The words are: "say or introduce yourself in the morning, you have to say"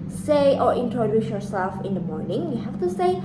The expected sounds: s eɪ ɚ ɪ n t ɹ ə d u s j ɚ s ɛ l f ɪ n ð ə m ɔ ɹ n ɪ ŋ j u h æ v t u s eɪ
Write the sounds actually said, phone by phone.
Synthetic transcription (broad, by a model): s eɪ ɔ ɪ n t ɹ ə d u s j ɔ s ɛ l f ɪ n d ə m ɔ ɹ n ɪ ŋ j u h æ f t u s eɪ